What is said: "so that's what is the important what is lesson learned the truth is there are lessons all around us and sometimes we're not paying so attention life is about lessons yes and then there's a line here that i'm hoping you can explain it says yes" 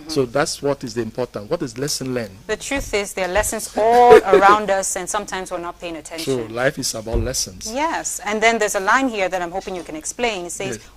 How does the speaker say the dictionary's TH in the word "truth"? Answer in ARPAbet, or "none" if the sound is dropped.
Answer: TH